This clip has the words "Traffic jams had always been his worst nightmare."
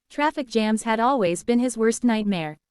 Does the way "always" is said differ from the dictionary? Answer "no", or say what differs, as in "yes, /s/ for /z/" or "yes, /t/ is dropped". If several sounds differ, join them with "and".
no